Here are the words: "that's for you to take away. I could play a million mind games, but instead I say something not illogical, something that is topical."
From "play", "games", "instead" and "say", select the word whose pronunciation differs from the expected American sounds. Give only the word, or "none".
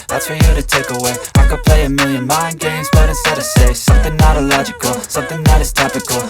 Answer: instead